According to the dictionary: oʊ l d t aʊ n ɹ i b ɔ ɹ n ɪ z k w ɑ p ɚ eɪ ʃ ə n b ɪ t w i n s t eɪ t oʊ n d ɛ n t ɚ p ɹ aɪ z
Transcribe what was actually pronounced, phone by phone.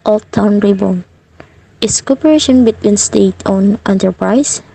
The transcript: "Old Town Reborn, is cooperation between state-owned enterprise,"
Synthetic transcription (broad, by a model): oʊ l t aʊ n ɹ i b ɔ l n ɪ s k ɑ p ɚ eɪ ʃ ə n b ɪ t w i n s t eɪ t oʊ n ɛ n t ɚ p ɹ aɪ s